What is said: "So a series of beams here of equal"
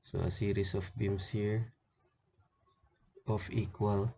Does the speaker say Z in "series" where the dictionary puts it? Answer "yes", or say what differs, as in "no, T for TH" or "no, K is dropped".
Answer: no, S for Z